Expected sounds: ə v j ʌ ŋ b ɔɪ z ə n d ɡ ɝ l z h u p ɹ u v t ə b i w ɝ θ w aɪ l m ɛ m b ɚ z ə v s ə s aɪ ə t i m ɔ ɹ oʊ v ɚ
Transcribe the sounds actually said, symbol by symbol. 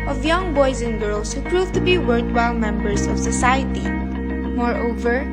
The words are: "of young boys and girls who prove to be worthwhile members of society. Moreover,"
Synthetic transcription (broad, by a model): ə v j ʌ ŋ b ɔɪ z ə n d ɡ ɝ l s h u p ɹ u v t ə b i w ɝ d w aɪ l m ɛ m b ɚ s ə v s ə s aɪ ə t i m ɔ ɹ oʊ v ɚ